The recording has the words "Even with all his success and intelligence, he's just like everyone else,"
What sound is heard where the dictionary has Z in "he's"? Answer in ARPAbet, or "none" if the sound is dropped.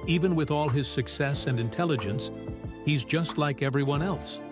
Z